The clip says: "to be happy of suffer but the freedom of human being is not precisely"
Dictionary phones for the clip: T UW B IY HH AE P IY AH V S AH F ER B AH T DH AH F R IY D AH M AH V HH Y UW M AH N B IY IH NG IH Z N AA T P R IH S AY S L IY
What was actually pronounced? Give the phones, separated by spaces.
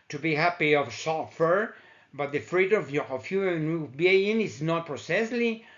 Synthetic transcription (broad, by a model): T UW B IY HH AE P IY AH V S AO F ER B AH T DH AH F R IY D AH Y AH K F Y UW AH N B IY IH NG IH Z N AA T P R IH S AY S L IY